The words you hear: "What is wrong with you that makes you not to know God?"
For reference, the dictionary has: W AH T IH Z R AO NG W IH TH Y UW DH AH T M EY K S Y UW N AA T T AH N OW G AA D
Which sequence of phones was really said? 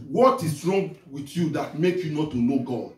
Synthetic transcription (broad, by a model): W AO T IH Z R AO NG W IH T Y UW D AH T M EY K Y UW N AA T T AH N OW G AA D